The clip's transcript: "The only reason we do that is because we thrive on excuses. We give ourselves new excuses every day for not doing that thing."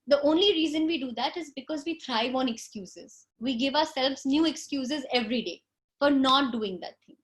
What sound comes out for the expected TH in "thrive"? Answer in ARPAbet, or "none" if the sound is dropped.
T